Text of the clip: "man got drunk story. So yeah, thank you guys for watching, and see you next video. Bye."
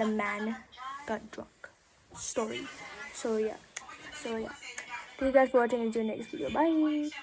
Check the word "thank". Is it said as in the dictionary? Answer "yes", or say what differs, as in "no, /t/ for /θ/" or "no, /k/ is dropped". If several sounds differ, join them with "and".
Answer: no, /s/ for /θ/